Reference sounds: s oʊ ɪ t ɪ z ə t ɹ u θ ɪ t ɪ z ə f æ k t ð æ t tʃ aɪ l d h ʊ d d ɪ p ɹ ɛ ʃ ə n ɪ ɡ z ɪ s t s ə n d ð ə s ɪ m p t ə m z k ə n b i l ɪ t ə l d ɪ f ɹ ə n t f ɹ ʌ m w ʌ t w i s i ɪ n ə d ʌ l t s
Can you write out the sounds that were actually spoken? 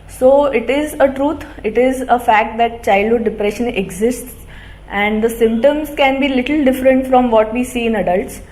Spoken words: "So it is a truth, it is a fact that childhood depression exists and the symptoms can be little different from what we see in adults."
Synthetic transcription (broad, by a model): s oʊ ɪ t ɪ z ə t ɹ u t ɪ t ɪ z ə f æ k t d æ t tʃ aɪ l d h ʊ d d ɪ p ɹ ɛ ʃ ə n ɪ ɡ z ɪ s t s ə n d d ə s ɪ m p t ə m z k ə n b i l ɪ t ə l d ɪ f ɹ ə n t f ɹ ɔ m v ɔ t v i s i ɪ n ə d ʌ l t s